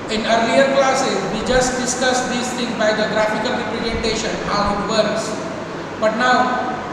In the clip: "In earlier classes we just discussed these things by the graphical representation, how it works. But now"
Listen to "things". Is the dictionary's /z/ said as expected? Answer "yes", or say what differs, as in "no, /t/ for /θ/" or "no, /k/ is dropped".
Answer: no, /z/ is dropped